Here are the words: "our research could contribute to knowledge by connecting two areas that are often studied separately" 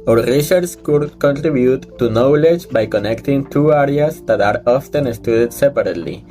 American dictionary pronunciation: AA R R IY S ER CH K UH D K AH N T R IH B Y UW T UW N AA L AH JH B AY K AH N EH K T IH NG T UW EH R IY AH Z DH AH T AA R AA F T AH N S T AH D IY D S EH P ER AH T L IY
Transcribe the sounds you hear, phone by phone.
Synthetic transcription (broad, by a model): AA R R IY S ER S K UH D K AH N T R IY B Y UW T UW N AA L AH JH B AY K AH N EH K T IH NG T UW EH R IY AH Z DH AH T AA R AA F T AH N S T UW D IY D S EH P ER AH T L IY